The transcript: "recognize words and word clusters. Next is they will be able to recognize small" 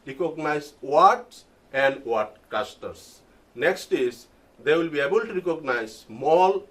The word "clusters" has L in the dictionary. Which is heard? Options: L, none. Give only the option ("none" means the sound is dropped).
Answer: none